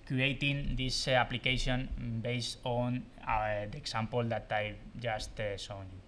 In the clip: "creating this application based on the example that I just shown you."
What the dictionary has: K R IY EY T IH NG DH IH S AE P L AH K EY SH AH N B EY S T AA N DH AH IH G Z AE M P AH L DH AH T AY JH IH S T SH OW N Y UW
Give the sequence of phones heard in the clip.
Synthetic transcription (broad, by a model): K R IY EY T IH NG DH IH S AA P L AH K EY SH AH N B EY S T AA N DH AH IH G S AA M P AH L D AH T AY JH IH S T S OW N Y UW